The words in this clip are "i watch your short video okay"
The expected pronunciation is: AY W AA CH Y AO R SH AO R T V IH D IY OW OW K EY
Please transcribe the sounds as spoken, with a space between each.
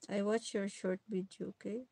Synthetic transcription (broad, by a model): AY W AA CH Y AO R SH AO R T B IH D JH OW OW K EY